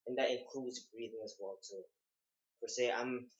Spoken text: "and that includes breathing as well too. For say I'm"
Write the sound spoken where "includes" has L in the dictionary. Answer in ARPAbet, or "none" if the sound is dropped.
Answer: none